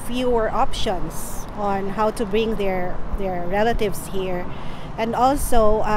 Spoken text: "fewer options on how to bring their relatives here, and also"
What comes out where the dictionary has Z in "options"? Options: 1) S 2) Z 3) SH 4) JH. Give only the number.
1